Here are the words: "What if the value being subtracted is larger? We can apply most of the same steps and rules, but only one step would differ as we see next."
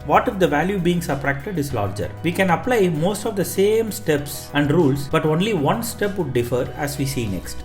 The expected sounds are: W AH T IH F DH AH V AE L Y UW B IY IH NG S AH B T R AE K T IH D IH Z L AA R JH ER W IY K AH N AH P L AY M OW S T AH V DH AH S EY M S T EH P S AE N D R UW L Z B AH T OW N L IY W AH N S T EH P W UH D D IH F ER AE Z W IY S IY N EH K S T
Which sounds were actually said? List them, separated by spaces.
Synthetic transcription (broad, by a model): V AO T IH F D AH V AE L Y UW B IY IH NG S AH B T R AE K T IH D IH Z L AA R JH ER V IY K AH N AH P L AY M OW S T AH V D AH S EY M S T EH P S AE N D R UW L S B AH T OW N L IY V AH N S T EH P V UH D D IH F ER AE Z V IY S IY N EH K S T